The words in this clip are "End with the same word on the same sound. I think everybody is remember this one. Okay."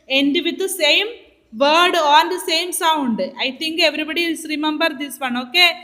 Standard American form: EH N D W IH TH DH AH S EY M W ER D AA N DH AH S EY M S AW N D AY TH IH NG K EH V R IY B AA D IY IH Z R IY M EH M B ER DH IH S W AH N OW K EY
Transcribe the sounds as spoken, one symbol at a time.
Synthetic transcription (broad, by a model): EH N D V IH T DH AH S EY M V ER D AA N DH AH S EY M S AW N D AY T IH NG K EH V R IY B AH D IY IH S R IY M EH M B ER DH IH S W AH N OW K EY